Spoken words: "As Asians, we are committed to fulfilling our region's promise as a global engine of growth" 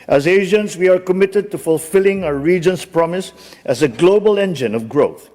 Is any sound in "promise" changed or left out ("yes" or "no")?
no